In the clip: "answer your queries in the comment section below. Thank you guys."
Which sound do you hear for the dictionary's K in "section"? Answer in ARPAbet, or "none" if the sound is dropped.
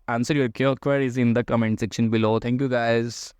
K